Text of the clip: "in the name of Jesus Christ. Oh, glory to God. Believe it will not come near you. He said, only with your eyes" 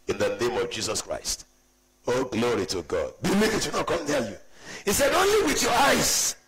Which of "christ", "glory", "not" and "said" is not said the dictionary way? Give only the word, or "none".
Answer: none